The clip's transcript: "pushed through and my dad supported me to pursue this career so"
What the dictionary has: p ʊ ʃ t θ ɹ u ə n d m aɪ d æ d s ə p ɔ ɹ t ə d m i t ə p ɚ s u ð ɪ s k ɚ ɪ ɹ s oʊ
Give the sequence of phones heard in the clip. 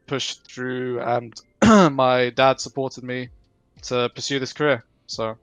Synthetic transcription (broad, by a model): p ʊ ʃ θ ɹ u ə n m aɪ d æ d s ə p ɔ ɹ t ə d m i t ə p ɚ s u ð ɪ s k ɚ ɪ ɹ s oʊ